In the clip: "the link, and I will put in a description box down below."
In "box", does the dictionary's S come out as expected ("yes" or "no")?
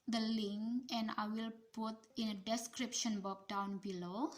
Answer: no